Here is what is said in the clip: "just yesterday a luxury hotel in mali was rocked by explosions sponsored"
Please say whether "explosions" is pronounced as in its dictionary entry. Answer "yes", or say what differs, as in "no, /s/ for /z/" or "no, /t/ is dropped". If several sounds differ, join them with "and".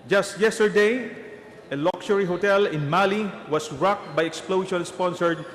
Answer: no, /ʃ/ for /ʒ/